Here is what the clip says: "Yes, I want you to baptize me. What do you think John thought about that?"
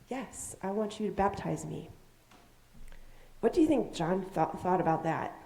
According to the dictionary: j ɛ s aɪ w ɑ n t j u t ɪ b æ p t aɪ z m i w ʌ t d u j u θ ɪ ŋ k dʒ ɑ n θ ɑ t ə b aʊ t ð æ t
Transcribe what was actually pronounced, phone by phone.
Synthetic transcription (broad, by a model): j ɛ s aɪ w ɑ n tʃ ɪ t ɪ b æ p t aɪ z m i w ʌ t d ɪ j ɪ θ ɪ ŋ k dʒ ɑ n θ ɑ t ə b aʊ t ð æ t